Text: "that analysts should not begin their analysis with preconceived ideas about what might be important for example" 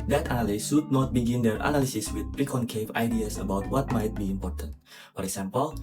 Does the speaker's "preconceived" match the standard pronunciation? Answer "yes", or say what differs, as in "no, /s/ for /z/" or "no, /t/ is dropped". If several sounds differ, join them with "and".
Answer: no, /d/ is dropped